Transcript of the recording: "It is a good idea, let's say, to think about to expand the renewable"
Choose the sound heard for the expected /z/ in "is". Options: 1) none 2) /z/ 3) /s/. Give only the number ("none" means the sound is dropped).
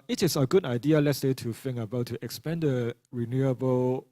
3